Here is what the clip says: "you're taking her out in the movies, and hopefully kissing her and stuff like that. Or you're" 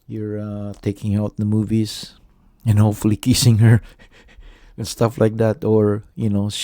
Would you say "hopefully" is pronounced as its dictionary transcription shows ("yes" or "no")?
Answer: yes